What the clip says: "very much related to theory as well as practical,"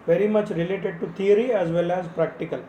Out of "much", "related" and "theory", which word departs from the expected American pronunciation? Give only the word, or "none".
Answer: theory